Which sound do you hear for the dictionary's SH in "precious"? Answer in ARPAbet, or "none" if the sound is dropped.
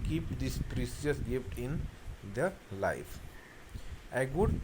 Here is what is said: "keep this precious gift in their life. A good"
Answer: S